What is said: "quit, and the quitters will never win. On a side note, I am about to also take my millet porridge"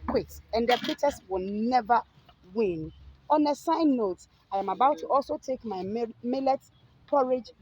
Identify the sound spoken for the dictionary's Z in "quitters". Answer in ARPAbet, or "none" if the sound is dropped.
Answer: S